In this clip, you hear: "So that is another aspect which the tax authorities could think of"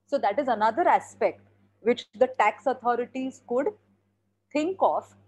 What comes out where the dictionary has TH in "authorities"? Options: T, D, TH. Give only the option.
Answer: T